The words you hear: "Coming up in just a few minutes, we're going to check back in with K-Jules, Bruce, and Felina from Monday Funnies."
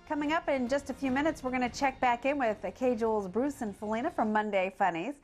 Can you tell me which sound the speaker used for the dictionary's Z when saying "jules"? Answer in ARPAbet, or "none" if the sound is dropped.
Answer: Z